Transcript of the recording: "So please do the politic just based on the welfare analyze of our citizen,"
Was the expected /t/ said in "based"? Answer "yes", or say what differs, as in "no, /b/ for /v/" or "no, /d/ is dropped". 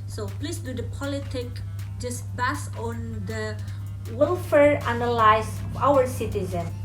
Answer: no, /t/ is dropped